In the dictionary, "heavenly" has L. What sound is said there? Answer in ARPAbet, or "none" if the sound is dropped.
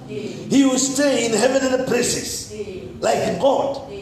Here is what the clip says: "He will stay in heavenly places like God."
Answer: N